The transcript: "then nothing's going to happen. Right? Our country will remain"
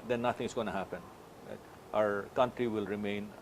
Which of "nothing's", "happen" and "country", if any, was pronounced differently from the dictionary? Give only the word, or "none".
nothing's